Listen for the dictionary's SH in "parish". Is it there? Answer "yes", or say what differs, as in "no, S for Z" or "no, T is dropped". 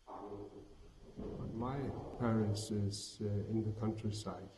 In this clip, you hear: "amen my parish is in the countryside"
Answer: no, S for SH